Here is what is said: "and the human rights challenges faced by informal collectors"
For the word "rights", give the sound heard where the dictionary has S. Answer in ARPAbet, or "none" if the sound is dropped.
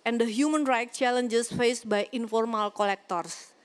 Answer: none